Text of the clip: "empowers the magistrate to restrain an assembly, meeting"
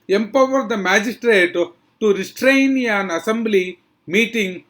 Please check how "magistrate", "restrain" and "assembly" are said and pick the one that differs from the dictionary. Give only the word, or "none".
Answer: none